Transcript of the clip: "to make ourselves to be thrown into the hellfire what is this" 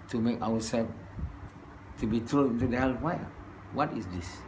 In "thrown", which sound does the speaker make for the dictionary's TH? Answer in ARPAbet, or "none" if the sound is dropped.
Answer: T